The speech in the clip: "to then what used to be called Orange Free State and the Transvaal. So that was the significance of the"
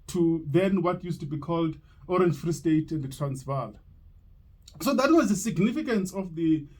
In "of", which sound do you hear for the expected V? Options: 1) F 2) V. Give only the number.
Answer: 1